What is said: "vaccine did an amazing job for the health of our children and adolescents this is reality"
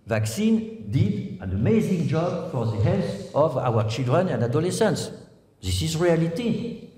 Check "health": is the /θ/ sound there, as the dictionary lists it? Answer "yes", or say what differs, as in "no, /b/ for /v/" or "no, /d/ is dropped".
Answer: no, /s/ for /θ/